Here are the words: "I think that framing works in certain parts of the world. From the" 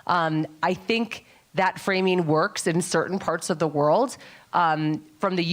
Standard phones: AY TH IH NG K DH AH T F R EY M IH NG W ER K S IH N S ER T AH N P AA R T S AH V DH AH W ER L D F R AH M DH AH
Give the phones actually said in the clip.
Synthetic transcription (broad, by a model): AY TH IH NG K DH AH T F R EY M IH NG W ER K S IH N S ER T N P AA R T S AH V DH AH W ER L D F R AH M DH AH